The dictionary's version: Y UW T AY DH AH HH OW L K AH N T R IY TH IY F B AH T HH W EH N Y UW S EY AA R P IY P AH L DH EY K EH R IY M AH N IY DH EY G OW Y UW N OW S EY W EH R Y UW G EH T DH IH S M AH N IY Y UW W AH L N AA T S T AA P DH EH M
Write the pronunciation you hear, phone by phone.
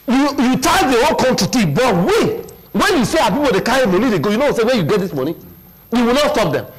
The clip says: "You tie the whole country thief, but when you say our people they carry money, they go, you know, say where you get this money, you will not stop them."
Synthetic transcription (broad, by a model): Y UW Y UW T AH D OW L K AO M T IY T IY B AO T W W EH N Y UW S EY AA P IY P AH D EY K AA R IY M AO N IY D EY G OW Y UW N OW S EY W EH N Y UW G EH T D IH S M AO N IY Y UW W AH L N AA T S T AA P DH EH M